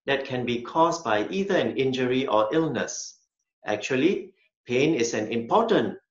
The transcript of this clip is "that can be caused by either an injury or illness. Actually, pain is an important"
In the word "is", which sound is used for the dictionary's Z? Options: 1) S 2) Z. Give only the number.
1